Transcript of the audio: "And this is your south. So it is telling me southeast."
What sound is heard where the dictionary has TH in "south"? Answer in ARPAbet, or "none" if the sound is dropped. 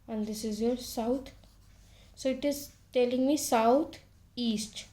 T